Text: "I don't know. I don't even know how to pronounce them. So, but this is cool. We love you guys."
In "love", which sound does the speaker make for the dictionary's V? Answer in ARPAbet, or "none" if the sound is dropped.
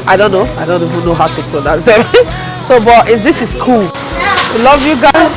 V